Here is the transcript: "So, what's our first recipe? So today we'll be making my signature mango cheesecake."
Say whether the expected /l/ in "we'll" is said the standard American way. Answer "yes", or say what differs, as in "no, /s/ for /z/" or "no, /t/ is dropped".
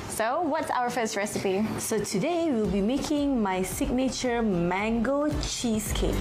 yes